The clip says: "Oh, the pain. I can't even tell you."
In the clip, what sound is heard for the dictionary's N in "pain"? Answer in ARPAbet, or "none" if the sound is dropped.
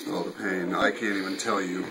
N